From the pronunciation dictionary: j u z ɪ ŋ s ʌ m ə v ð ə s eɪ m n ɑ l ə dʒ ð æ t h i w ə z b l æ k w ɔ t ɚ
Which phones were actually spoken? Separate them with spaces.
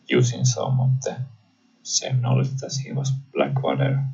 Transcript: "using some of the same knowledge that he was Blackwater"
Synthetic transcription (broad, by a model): j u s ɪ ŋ s ʌ m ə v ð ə s eɪ m n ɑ l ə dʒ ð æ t h i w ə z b l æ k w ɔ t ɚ